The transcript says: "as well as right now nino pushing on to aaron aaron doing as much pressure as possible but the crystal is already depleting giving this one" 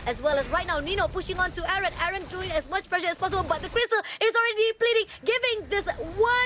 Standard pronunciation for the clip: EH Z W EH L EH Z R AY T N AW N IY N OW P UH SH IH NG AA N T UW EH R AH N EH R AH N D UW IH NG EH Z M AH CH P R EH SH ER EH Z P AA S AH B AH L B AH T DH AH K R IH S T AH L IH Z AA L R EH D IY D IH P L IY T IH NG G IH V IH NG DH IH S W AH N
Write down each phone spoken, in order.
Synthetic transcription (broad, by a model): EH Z W EH L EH S R AY T N AW N IY N OW P UH SH IH NG AA N T UW EH R AH N EH R AH N D UW IH NG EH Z M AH CH P L EH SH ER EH S P AA S AH B AH L B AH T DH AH K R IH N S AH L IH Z AA L R EH D IY P L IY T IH NG G IH V IH NG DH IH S W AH